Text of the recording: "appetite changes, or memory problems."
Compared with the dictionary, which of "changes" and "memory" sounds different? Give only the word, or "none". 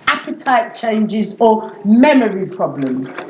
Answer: none